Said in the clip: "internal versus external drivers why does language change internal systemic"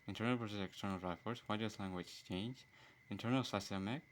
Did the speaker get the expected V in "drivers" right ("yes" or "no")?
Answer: no